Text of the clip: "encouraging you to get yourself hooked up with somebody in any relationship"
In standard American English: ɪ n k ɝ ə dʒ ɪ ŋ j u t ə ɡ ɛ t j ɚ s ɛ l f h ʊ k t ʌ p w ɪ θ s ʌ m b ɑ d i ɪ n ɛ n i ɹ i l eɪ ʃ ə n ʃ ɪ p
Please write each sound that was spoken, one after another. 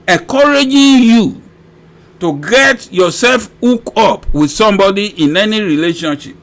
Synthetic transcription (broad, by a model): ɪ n k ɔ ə dʒ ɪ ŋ j u t ə ɡ ɛ t j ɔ s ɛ l f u k ɔ p w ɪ s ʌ m b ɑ d i ɪ n ɛ n i ɹ i l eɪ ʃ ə n ʃ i p